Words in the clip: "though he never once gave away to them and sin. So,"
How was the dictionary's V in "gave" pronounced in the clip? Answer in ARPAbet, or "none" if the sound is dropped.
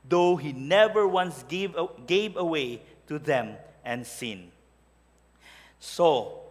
V